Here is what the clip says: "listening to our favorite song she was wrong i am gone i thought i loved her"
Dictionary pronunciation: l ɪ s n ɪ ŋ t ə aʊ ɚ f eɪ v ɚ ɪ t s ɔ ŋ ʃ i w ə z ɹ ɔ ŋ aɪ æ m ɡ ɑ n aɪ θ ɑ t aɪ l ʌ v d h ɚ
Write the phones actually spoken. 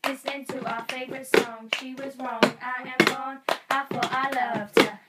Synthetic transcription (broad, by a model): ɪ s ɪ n t ə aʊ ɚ f eɪ v ɚ ɪ t s ɔ ŋ ʃ i w ə z ɹ ɔ ŋ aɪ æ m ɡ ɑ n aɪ f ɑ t aɪ l ʌ v d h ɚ